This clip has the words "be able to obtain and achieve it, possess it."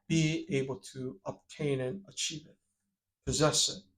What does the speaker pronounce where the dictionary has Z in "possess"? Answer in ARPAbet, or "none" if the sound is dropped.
Z